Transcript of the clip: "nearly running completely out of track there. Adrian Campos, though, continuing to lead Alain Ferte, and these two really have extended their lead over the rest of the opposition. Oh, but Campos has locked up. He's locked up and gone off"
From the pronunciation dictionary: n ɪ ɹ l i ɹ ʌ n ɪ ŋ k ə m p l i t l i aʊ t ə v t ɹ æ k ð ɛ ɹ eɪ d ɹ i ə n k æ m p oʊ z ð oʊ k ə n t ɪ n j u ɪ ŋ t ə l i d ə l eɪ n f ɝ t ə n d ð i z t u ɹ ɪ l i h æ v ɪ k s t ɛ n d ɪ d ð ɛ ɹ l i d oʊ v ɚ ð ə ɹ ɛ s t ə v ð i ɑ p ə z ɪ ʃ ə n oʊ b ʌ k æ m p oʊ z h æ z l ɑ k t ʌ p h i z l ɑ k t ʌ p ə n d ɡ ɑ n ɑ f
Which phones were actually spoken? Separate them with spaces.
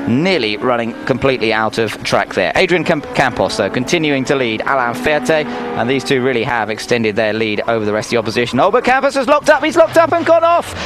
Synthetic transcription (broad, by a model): n ɪ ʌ l i ɹ ʌ n ɪ ŋ k ə m p l i t l i aʊ t ə v t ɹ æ k ð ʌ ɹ eɪ d ɹ i ə n k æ m p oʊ s ð oʊ k ə n t ɪ n j u ɪ ŋ t ə l i d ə l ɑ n f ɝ t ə n ð i z t u ɹ ɪ l i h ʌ v ɪ k s t ɛ n d ɪ d ð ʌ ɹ l i d oʊ v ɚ ð ə ɹ ɛ s t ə ð i ɑ p ə z ɪ ʃ ə n oʊ b ʌ k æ m p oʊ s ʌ z l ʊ k t ʌ p h i z l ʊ k t ʌ p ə n ɡ ɑ n ɑ f